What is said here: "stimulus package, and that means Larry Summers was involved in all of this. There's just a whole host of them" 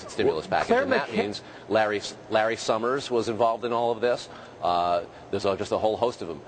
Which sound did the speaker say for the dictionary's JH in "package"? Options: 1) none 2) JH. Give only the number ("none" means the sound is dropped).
1